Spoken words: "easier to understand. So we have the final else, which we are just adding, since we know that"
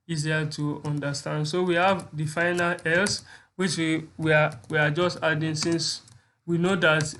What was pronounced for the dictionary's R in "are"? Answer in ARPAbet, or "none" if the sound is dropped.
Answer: W